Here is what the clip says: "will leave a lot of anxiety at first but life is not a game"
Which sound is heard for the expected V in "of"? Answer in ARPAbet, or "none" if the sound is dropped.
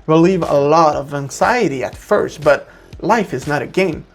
V